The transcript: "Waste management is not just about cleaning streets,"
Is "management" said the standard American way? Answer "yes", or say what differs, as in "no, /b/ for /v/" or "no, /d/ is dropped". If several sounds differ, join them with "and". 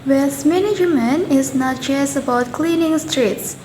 no, /t/ is dropped